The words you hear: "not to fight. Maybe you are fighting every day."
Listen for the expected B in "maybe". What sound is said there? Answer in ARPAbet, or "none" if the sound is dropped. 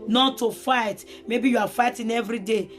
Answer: B